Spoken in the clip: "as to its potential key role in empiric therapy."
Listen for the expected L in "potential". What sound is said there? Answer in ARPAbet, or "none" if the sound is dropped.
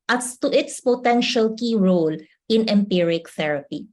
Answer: L